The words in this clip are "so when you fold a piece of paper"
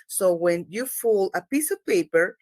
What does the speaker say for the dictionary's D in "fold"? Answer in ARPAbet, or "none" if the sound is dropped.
none